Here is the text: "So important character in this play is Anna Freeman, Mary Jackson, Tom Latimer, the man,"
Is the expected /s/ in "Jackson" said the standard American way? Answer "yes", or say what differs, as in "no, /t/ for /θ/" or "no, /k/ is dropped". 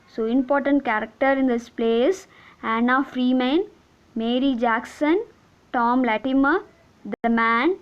yes